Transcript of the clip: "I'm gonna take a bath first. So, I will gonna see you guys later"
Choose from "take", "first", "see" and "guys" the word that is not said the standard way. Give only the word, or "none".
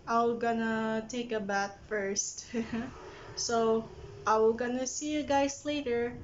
guys